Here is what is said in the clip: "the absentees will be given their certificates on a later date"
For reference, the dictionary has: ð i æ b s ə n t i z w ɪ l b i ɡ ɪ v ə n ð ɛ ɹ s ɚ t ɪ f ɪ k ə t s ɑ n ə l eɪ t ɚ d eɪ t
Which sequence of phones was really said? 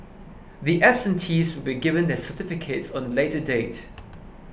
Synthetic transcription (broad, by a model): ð i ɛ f s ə n t i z w ɪ l b i ɡ ɪ v ə n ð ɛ s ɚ t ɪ f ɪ k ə t s ɑ n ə l eɪ t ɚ d eɪ t